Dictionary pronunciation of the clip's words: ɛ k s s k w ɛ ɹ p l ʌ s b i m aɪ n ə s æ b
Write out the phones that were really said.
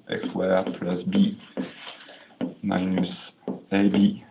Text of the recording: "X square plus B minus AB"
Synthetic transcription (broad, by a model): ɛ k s s w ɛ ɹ p l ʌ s b i m aɪ n ə s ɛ b